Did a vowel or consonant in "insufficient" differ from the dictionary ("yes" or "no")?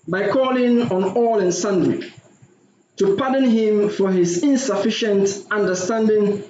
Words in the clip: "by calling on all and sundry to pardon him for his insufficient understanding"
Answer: no